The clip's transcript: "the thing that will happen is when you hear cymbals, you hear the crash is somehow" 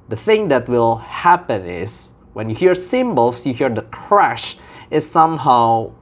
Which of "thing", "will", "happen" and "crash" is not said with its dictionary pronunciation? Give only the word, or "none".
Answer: none